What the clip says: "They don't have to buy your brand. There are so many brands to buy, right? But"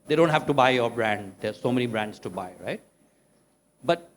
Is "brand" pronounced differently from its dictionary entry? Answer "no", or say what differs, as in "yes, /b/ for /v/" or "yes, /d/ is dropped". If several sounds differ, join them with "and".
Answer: no